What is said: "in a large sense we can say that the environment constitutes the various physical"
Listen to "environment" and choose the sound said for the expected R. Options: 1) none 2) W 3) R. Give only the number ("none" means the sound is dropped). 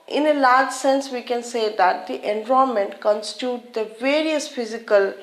1